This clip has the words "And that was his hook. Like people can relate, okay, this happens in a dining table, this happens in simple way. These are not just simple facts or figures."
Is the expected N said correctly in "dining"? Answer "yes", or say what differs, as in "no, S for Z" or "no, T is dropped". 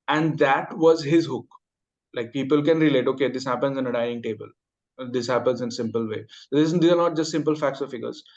no, N is dropped